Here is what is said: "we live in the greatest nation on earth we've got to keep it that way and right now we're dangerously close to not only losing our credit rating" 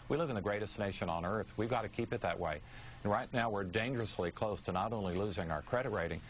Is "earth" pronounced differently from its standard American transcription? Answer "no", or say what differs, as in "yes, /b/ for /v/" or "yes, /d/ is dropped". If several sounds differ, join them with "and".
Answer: no